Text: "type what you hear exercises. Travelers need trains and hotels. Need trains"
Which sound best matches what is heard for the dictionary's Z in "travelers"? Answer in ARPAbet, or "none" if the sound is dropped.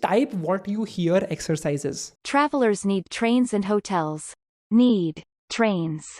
Z